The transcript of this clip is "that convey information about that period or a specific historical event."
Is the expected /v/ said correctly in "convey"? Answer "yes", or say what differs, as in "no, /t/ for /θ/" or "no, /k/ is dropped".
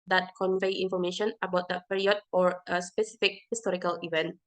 yes